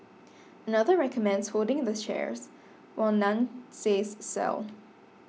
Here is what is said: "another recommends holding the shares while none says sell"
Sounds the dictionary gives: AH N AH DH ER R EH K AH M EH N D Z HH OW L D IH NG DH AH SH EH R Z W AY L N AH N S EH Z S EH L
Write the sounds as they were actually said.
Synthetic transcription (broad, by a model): AH N AH DH ER R EH K AH M EH N D Z HH OW L D IH NG DH AH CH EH R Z W AY L N AH N S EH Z S EH L